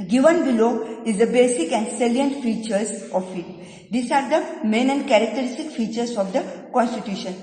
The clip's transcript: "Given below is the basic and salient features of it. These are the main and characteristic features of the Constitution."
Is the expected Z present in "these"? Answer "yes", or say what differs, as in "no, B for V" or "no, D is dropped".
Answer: no, S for Z